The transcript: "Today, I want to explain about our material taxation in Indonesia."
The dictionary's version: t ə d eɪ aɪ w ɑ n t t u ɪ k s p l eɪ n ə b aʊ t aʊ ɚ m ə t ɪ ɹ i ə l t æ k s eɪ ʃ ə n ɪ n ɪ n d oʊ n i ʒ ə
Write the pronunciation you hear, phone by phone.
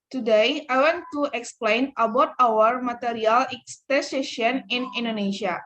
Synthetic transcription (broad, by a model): t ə d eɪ aɪ w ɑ n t t u ɪ k s p l eɪ n ə b aʊ t aʊ ɚ m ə t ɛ ɹ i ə l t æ s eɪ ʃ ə n ɪ n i n d oʊ n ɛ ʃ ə